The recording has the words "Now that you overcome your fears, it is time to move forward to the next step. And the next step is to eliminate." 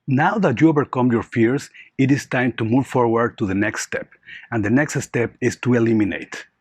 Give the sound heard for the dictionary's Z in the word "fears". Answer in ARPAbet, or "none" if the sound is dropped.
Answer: S